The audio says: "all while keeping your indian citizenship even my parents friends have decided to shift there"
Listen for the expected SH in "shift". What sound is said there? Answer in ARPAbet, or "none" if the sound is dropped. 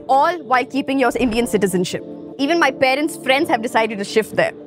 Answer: SH